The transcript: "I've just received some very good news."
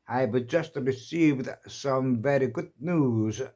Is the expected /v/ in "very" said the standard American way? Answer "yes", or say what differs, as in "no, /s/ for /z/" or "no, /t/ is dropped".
yes